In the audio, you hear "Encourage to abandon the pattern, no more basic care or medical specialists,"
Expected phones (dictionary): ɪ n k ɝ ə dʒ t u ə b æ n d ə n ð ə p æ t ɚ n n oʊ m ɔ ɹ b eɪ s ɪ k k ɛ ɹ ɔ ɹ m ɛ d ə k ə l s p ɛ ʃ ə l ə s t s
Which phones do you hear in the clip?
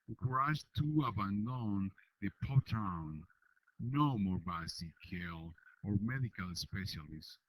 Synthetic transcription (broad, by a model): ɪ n k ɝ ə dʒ t u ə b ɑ n d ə n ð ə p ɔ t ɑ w n oʊ m ɔ ɹ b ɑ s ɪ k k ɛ l ɔ ɹ m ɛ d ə k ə l s p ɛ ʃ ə l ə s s